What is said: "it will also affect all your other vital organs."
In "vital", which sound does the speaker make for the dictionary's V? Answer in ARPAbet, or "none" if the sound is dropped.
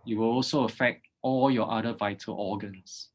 V